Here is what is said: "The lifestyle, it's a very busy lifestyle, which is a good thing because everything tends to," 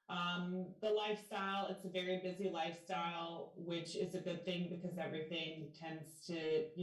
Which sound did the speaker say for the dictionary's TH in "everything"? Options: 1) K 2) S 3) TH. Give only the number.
3